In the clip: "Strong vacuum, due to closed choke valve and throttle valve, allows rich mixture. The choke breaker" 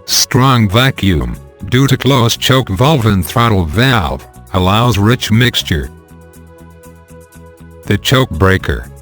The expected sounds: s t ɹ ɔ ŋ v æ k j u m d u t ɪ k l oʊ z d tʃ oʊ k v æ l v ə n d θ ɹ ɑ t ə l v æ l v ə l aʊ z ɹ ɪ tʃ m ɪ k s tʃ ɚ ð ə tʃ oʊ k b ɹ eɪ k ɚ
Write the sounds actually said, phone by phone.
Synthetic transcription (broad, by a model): s t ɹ ɔ ŋ v æ k j u m d u t ɪ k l oʊ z tʃ oʊ k v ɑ l v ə n θ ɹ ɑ t l v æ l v ə l aʊ z ɹ ɪ tʃ m ɪ k s tʃ ɚ ð ə tʃ oʊ k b ɹ eɪ k ɚ